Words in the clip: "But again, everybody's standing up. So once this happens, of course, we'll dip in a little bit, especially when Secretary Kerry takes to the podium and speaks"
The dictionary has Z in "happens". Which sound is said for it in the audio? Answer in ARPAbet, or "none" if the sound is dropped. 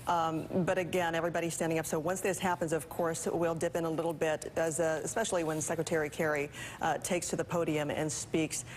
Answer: Z